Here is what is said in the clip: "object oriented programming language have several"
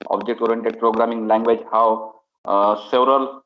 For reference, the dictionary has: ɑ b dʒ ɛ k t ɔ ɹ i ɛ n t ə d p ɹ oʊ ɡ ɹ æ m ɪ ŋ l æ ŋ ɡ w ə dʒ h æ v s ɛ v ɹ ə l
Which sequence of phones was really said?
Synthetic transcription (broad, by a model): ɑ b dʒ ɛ k t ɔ ɹ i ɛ n t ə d p ɹ oʊ ɡ ɹ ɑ m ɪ ŋ l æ ŋ ɡ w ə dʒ h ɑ w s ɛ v ɹ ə l